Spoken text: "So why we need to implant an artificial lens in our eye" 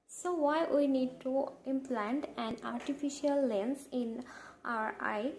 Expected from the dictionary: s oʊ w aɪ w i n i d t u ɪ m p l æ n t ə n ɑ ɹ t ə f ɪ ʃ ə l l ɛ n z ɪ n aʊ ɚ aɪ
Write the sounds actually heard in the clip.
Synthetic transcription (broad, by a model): s oʊ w aɪ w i n i d t u ɪ m p l æ n t ə n ɑ ɹ t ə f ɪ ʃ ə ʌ l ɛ n s ɪ n aʊ ɚ aɪ